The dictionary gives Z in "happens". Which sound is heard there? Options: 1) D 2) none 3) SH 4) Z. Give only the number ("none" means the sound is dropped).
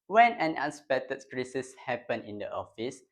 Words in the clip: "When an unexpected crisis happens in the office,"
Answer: 2